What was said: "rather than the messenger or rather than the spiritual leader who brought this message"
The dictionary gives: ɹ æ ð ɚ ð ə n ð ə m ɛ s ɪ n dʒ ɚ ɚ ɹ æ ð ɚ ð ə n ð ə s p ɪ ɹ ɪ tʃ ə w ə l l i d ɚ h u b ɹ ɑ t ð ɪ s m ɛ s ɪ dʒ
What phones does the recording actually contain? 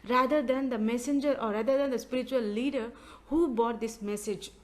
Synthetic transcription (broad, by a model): ɹ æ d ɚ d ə n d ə m ɛ s ɪ n dʒ ɚ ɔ ɹ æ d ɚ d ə n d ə s p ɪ ɹ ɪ tʃ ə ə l l i d ɚ h u b ɑ t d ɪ s m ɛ s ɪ dʒ